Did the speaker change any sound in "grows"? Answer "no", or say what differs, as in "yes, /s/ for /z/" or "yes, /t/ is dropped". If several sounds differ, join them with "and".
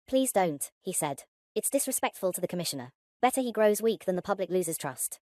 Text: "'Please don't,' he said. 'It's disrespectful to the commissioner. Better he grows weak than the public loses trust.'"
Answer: no